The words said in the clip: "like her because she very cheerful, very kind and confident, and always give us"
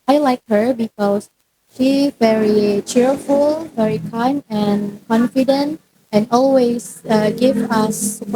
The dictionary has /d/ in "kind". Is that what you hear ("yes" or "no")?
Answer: no